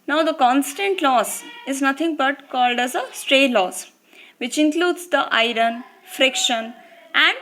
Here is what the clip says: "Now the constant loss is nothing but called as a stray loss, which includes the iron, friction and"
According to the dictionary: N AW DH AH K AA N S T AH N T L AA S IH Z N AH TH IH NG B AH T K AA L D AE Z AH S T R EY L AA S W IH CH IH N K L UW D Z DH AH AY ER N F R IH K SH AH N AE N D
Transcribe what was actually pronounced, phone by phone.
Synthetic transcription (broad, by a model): N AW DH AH K AA N S T AH N T L AA S IH Z N AH T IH NG B AH T K AA L D AE Z AH S T R EY L AA S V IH CH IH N K L UW D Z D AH AY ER N F R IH K SH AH N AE N D